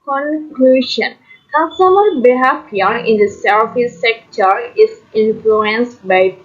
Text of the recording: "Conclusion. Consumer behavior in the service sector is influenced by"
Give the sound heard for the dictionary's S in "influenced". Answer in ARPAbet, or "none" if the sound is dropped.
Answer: S